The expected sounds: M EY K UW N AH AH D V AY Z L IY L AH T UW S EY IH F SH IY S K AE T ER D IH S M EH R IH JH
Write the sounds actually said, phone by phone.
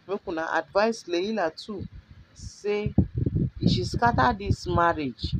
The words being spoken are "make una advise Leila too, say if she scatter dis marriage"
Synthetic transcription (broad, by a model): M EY K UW N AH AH D V AY S L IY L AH T UW S EY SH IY S K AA T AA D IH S M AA R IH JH